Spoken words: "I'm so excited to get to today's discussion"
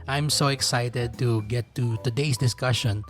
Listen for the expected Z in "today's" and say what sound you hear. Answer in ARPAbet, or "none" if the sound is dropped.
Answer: S